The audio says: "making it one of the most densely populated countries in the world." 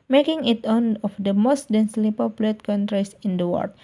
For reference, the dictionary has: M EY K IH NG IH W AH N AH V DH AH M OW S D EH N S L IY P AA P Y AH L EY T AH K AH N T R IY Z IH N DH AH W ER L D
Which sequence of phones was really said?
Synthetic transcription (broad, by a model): M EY K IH NG IH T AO N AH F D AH M OW S D EH N S L IY P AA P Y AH L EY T K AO N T R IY S IH N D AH W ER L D